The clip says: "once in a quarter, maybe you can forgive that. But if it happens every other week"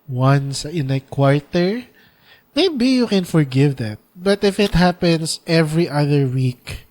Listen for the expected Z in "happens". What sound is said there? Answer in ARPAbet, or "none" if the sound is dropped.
S